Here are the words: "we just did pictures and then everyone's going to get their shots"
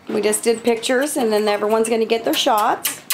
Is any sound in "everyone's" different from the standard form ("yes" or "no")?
no